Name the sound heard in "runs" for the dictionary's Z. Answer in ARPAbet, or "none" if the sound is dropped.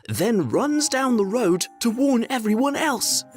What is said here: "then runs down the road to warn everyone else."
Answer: Z